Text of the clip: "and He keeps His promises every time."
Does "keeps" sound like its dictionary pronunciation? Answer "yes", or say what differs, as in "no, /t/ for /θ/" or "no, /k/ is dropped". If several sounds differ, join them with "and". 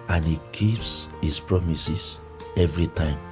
yes